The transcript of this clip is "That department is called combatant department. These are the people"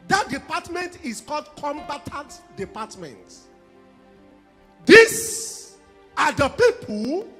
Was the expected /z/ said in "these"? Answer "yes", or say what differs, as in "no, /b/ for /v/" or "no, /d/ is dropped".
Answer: no, /s/ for /z/